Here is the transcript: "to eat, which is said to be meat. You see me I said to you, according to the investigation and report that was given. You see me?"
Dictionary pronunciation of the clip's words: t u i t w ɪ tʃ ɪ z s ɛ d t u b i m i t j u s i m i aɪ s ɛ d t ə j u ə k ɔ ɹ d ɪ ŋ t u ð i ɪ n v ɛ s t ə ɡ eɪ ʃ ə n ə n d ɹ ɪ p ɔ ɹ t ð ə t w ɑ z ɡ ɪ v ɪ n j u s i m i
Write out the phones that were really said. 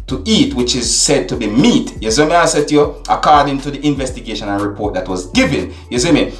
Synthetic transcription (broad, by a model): t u i t w ɪ tʃ ɪ z s ɛ d t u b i m i t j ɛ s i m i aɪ s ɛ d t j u ə k ɔ ɹ d ɪ ŋ t u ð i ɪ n v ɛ s t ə ɡ eɪ ʃ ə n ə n ɹ ɪ p ɔ ɹ t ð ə t w ɑ z ɡ ɪ v ɪ n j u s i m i